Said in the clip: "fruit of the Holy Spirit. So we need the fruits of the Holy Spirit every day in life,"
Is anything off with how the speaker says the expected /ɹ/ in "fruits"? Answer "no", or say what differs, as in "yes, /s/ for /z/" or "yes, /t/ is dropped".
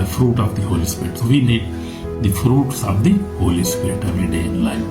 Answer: no